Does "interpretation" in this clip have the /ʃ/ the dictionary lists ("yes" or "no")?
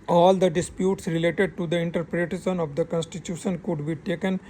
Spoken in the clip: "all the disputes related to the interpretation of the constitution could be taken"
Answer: no